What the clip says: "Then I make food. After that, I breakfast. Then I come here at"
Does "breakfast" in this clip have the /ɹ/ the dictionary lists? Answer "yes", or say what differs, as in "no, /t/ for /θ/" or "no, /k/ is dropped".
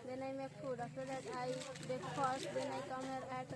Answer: no, /ɹ/ is dropped